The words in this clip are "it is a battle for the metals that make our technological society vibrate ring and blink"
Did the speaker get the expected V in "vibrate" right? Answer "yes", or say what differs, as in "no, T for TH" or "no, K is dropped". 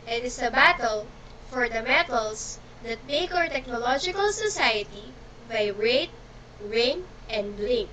no, B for V